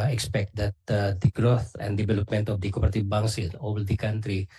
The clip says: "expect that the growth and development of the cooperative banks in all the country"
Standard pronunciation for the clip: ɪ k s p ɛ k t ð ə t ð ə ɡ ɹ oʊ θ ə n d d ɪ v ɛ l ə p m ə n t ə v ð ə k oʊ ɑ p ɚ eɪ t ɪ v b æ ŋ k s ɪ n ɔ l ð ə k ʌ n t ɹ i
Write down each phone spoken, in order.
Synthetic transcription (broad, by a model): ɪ k s p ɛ k t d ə t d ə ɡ ɹ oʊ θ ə n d d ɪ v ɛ l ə p m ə n t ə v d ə k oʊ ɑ p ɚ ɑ t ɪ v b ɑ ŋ s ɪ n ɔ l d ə k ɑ n t ɹ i